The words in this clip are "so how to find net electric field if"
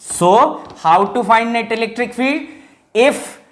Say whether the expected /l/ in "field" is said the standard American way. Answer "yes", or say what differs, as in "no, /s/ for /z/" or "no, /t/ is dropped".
no, /l/ is dropped